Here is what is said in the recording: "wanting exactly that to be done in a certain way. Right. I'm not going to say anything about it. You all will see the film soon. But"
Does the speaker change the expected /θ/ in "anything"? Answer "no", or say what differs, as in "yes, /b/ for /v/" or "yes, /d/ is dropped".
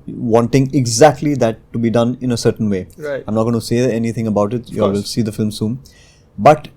yes, /t/ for /θ/